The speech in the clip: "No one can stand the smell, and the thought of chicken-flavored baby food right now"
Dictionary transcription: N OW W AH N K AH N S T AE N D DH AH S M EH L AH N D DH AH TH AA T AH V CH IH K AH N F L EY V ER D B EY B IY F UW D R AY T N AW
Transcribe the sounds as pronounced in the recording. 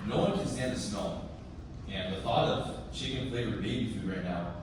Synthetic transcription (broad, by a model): N OW W AH N K AH N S T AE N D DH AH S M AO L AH N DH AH TH AA T AH V SH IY K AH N P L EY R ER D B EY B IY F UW R AY T N AW